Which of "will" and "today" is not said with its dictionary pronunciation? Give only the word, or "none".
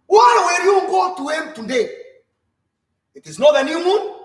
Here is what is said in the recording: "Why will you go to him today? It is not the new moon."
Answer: will